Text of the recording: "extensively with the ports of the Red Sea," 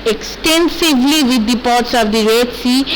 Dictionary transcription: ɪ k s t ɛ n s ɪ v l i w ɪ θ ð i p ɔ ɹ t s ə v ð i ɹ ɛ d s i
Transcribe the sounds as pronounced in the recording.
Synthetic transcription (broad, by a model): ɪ k s t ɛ n s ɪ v l i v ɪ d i p ɔ ɹ t s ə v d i ɹ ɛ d s i